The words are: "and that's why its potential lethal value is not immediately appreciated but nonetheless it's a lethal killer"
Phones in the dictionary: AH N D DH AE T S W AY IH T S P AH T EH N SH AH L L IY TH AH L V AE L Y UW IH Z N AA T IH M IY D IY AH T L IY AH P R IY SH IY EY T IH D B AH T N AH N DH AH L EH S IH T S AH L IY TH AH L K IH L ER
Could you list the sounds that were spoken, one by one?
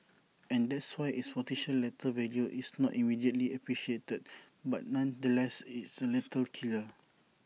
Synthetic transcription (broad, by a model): AH N D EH T S W AY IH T S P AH T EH SH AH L L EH T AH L V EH L Y UW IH S N AA T IH M IY D IY AH T L IY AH P R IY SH IY EY T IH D B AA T N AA N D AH L EH S IH T S AH L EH T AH L K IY L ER